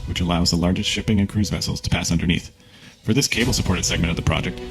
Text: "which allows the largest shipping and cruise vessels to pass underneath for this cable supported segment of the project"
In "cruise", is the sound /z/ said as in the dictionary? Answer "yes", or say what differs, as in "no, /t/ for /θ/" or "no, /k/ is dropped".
yes